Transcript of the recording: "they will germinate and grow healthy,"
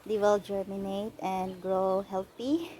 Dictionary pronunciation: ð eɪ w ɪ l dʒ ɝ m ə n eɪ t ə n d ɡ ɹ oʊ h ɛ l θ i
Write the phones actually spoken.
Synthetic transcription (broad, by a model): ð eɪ w ɪ l dʒ ɝ m ə n eɪ t ə n d ɡ ɹ oʊ h ɛ l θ i